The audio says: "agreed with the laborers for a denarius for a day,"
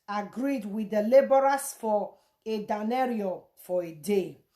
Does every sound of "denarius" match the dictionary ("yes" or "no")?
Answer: no